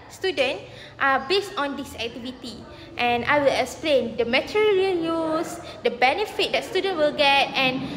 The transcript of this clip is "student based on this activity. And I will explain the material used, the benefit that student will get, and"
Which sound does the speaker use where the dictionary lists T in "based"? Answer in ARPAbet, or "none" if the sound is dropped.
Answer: T